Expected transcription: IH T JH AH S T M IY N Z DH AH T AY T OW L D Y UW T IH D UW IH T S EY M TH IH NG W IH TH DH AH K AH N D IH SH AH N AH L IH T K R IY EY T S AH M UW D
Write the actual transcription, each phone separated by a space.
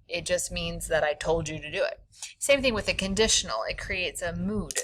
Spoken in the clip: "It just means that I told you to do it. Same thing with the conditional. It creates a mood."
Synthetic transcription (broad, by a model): IH T JH AH S T M IY N Z DH AH T AY T OW L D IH T IH D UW IH T S EY M TH IH NG W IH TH DH AH K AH N D IH SH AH N L IH T K R IY EY T S AH M UW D